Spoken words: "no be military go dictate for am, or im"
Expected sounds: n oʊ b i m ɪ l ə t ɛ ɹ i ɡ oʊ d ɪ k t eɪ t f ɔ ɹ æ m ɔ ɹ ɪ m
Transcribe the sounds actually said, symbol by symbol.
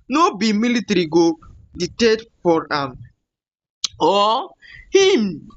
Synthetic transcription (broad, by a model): n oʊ b i m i l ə t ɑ ɹ i ɡ oʊ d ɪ t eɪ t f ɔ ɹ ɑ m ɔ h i m